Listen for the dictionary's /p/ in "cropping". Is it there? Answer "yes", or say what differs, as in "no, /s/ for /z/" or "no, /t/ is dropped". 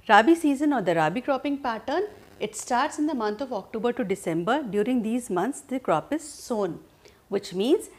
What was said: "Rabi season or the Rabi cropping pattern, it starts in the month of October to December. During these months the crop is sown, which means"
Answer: yes